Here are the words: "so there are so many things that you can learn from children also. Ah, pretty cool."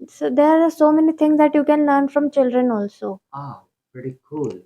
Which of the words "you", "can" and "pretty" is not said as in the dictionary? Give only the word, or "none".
pretty